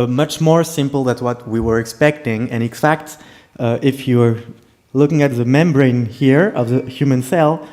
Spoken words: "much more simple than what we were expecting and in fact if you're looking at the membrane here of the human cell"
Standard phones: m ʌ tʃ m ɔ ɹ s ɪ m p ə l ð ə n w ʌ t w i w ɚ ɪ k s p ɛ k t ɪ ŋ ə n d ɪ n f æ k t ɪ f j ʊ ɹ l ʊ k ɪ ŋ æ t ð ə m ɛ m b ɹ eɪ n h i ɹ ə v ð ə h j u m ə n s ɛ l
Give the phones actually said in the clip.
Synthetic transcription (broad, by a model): m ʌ tʃ m ɔ ɹ s ɪ m p l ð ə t w ʌ t w i w ɚ ɪ k s p ɛ k t ɪ ŋ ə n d ɪ n f æ k t ɪ f j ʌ ɹ l ʊ k ɪ ŋ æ t ð ə m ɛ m b ɹ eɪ n h i ɹ ə v ð ə h j u m ə n s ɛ l